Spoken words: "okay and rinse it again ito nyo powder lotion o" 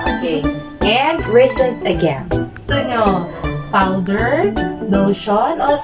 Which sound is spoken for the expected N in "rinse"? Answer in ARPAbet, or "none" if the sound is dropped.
none